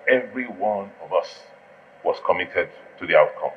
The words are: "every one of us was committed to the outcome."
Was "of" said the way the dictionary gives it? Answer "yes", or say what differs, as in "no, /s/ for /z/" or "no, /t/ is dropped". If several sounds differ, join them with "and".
yes